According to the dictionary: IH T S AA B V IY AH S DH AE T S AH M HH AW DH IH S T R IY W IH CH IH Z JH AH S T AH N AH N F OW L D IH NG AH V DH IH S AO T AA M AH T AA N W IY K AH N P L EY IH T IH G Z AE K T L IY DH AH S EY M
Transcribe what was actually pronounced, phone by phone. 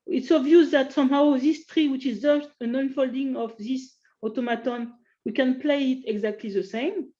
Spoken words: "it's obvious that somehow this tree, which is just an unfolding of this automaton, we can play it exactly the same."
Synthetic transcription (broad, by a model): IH T S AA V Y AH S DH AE T S AH M HH AW DH IH S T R IY W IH CH IH Z JH AH S T AH N AH N F OW L D IH NG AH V DH IH S AO T AA M AH T AA N W IY K AH N P L EY IH T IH G Z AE K T L IY DH AH S EY M